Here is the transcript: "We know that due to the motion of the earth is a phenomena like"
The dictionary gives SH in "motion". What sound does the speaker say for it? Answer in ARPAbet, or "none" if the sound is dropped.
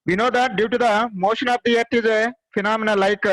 SH